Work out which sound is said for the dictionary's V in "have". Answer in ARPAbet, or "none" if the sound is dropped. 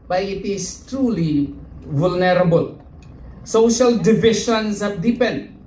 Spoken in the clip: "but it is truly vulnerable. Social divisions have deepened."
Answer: P